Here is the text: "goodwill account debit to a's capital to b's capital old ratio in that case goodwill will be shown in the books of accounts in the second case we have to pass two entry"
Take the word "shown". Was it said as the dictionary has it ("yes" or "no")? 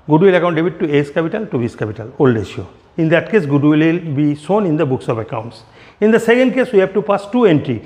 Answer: no